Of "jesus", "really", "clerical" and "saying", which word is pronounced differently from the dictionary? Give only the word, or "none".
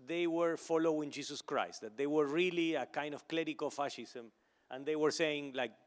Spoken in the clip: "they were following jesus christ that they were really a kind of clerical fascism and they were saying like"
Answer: jesus